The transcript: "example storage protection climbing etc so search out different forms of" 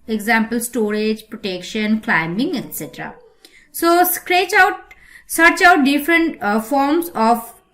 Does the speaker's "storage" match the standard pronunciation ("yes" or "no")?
yes